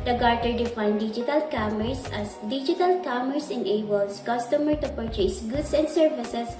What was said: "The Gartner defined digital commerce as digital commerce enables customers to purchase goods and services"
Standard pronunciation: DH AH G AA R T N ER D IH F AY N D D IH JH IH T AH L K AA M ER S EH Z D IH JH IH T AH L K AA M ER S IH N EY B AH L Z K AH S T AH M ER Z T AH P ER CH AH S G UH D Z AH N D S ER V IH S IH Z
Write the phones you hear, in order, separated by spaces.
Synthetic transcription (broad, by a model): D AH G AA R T ER D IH F AY N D D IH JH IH T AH L K AA M ER S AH S D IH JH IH T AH L K AA M ER S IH N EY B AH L S K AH S T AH M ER T AH P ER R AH S G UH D S AH N D S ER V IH S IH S